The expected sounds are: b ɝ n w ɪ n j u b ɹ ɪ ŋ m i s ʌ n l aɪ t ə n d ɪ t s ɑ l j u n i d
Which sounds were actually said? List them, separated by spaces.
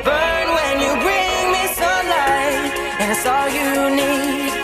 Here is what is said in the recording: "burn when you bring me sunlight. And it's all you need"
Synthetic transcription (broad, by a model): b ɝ n w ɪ n j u b ɹ ɪ ŋ m i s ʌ l aɪ ə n ɪ t s ɑ l j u n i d